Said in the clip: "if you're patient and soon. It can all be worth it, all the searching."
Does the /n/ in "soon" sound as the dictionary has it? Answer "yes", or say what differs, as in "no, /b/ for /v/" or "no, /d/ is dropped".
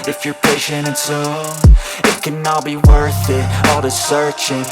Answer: no, /n/ is dropped